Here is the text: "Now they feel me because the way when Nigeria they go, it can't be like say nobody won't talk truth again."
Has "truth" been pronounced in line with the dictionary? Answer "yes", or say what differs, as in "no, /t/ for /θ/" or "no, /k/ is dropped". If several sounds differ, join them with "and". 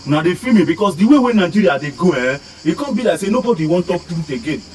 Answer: no, /ɹ/ is dropped and /t/ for /θ/